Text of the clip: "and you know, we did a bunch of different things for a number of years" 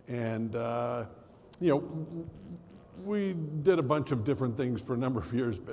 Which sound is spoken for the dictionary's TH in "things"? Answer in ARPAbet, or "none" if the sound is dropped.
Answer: TH